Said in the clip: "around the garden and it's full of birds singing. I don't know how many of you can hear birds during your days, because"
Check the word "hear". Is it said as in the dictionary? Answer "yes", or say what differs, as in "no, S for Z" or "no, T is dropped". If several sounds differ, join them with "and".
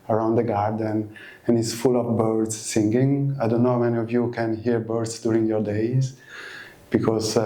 yes